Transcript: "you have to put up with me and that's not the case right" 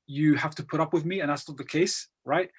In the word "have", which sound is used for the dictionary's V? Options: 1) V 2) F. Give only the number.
2